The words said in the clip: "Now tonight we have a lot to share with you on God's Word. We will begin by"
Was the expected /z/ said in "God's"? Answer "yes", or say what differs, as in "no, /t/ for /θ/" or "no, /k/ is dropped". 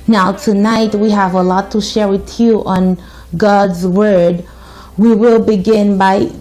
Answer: yes